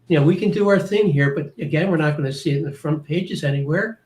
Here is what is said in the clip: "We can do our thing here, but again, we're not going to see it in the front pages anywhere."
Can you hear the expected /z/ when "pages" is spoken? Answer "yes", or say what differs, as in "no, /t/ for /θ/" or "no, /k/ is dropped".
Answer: yes